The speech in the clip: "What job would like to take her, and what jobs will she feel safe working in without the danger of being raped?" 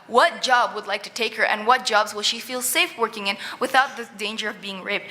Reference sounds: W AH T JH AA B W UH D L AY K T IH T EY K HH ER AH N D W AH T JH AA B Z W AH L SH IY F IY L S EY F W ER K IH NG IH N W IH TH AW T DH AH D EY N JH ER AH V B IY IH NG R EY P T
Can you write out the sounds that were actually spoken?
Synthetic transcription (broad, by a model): W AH T JH AA B W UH D L AY K T IH T EY K HH ER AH N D W AH T JH AA B Z W AH L SH IY F IY L S EY F W ER K IH NG IH N W IH TH AW T DH AH D EY N JH ER AH V B IY IH NG R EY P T